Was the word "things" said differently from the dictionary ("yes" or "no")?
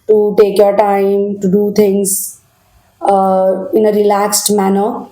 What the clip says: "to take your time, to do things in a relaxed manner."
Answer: yes